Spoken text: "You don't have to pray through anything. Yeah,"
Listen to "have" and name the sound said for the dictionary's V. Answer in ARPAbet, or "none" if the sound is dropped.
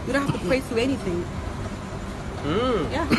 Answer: F